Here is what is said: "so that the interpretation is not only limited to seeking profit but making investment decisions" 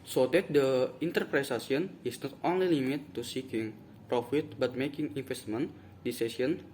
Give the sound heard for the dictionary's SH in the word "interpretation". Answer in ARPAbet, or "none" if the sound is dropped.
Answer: S